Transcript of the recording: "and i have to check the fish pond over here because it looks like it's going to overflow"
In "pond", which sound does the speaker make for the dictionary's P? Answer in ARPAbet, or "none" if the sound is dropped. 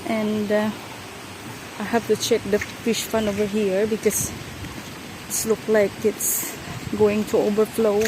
F